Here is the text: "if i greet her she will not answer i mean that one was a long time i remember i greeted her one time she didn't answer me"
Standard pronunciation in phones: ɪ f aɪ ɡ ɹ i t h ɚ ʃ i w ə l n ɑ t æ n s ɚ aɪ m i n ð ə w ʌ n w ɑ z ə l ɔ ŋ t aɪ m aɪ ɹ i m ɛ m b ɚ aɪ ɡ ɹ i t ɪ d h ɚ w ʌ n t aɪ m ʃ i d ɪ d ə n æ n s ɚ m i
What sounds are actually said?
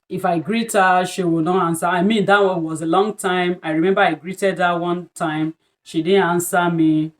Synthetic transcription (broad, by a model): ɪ f aɪ ɡ ɹ i t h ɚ ʃ i w ə l n ɑ t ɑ n s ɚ aɪ m i n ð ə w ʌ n w ɑ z ə l ɔ ŋ t aɪ m aɪ ɹ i m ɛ m b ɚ aɪ ɡ ɹ i t ɪ d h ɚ w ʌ n t aɪ m ʃ i d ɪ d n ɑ n s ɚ m i